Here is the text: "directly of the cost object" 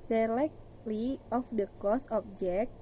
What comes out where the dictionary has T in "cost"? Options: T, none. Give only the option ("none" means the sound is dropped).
none